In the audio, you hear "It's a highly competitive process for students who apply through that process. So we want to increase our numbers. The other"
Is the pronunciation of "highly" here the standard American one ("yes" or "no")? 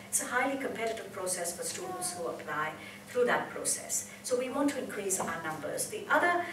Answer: yes